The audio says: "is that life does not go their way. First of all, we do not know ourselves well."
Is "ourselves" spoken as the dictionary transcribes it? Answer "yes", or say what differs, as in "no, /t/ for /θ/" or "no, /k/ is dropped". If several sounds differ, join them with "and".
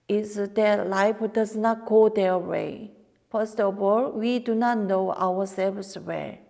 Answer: no, /w/ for /ɹ/